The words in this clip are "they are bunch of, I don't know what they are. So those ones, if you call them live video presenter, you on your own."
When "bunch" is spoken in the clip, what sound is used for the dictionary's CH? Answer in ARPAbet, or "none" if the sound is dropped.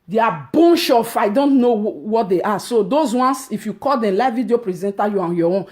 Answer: SH